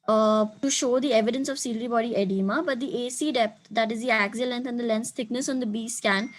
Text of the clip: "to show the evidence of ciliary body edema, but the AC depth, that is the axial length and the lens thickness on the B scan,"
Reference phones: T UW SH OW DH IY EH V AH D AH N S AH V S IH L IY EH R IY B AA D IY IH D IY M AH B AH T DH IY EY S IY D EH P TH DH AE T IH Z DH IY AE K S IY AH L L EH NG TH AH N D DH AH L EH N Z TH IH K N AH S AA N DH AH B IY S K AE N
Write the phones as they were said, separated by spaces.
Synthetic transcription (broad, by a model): T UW SH OW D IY EH V AH D AH N S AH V S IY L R IY B AA D IY IH D IY M AH B AH T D IY EY S IY D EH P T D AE T IH Z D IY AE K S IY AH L L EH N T AH N D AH L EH N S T IH K N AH S AA N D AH B IY S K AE N